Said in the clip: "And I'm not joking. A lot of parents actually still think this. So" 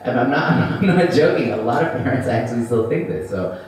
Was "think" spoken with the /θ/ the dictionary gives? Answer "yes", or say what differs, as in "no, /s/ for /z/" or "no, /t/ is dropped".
yes